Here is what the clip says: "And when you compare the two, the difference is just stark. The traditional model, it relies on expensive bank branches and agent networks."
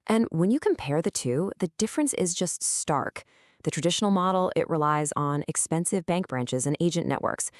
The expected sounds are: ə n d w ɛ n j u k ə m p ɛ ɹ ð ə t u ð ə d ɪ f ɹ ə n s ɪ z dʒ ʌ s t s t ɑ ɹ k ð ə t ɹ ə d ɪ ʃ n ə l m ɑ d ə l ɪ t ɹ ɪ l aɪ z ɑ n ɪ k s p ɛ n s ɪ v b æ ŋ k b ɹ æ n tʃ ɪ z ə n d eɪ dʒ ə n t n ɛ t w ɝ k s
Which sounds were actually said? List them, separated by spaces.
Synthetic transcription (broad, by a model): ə n w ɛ n j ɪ k ə m p ɛ ɹ ð ə t u ð ə d ɪ f ɹ ə n s ɪ z dʒ ʌ s t s t ɑ ɹ k ð ə t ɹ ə d ɪ ʃ n l m ɑ d l ɪ t ɹ ɪ l aɪ z n ɪ k s p ɛ n s ɪ v b æ ŋ k b ɹ æ n tʃ ɪ z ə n eɪ dʒ ə n t ɛ t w ɝ k s